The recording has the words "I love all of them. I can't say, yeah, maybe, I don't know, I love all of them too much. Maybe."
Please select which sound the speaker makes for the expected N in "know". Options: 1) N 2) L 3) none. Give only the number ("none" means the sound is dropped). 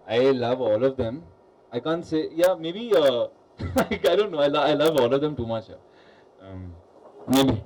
2